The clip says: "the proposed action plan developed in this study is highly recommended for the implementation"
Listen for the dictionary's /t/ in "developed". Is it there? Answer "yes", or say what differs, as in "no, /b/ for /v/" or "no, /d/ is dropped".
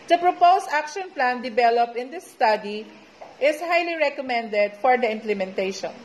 no, /t/ is dropped